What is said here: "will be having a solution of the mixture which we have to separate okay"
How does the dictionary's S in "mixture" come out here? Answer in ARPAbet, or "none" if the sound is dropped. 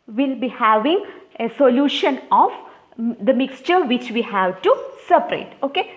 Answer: S